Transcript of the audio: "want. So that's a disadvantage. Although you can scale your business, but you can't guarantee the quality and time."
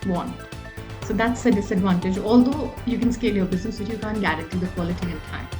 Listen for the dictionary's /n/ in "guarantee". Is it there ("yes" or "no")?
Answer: no